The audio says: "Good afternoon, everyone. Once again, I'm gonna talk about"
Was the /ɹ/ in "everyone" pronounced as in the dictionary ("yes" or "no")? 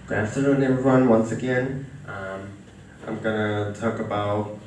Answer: no